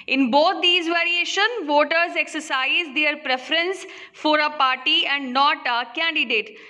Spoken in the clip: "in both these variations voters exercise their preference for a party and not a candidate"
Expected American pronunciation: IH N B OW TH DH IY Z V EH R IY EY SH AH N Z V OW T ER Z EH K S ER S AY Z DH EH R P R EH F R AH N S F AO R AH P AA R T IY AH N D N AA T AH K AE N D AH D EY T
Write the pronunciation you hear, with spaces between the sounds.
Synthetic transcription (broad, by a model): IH N B OW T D IY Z V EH R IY EY SH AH N V OW T ER Z EH K S ER S AY Z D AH R P R EH F R AH N S F AO R AH P AA R T IY AH N D N AA T AH K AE N D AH D EY T